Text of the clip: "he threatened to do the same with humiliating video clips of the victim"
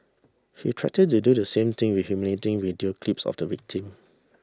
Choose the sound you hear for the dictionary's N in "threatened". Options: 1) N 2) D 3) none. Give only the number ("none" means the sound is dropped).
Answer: 3